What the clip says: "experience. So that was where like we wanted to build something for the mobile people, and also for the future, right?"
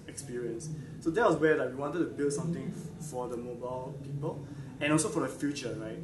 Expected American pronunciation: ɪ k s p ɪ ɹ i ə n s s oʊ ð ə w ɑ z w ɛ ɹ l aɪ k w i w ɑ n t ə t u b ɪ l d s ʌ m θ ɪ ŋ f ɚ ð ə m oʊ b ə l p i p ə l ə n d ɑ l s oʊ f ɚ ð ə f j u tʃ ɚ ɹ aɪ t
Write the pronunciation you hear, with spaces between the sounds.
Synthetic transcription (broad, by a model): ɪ k s p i ɹ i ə n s s oʊ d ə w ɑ s w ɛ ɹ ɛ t w i w ɑ n t ə t u b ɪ l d s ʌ m t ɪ ŋ f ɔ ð ə m oʊ b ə l p i p ə l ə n ɑ l s oʊ f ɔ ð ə f j u tʃ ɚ ɹ aɪ t